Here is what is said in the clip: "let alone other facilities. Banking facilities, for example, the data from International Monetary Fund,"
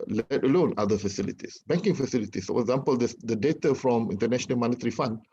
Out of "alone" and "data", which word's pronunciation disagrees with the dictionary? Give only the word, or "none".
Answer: none